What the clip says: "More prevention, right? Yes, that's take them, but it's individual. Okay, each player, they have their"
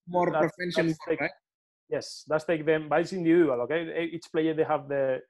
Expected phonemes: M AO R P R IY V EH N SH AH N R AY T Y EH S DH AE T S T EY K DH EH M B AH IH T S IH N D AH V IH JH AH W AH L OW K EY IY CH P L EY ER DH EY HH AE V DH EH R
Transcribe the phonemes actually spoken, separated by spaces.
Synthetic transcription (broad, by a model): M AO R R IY F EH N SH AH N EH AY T Y EH S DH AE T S T EY K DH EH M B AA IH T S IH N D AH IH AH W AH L OW K EY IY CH P L EY ER DH EY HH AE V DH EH